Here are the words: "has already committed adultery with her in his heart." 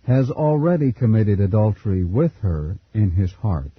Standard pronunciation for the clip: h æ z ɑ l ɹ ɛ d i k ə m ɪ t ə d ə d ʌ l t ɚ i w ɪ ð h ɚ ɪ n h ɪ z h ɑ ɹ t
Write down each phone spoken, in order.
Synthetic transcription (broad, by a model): h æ z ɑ l ɹ ɛ d i k ə m ɪ t ə d ə d ʌ l t ɚ i w ɪ ð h ɚ ɪ n ɪ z h ɑ ɹ t